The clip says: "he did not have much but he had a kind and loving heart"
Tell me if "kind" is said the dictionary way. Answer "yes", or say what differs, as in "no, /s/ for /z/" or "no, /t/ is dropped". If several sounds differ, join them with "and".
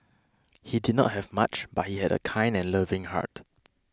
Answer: yes